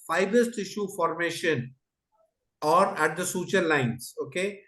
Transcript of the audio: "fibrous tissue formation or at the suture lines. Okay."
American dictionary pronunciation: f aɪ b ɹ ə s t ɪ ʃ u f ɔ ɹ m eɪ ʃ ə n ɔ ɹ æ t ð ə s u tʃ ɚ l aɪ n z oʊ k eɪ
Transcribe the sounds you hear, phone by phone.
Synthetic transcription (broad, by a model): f aɪ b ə s t ɪ ʃ u f ɔ ɹ m eɪ ʃ ə n ɔ ɹ æ t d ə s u tʃ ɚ l aɪ n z oʊ k eɪ